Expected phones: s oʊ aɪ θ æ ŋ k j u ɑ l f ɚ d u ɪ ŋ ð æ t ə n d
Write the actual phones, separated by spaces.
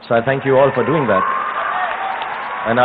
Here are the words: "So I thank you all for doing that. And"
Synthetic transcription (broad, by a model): s oʊ aɪ θ æ ŋ k j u ɑ l f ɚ d u ɪ ŋ ð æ t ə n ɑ